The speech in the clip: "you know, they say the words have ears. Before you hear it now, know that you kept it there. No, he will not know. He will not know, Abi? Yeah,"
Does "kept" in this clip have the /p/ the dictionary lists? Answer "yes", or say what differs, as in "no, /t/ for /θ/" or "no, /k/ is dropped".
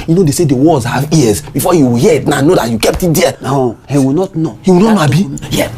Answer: yes